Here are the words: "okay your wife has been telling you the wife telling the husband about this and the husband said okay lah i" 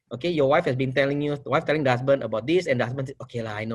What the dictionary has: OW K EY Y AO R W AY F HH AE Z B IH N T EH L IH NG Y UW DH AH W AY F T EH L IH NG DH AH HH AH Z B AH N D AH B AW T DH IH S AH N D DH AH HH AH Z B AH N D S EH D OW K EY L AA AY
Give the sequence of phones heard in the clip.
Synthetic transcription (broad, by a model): OW K EY Y AO W AY F HH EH S B IH N T EH L IH NG Y UW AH W AY F T EH L IH NG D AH HH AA S B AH N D AH B AW T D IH S AH N D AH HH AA S B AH N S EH OW K EY L AA AY